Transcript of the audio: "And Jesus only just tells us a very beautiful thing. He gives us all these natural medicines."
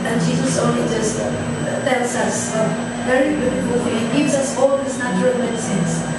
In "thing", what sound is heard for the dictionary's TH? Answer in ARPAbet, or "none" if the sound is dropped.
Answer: F